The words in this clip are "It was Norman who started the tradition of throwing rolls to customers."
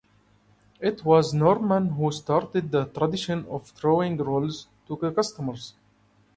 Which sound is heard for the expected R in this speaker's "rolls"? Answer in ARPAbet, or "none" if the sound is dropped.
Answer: R